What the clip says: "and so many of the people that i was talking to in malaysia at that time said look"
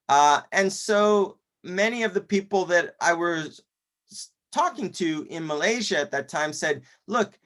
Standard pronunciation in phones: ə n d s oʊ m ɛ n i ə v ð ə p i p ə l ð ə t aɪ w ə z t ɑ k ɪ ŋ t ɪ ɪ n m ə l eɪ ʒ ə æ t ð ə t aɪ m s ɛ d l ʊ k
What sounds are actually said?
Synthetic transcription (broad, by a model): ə n s oʊ m ɛ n i ə v ð ə p i p l ð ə t aɪ w ə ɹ t ɑ k ɪ ŋ t ɪ ɪ n m ə l eɪ ʒ ə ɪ t ð ə t aɪ m s ɛ d l ʊ k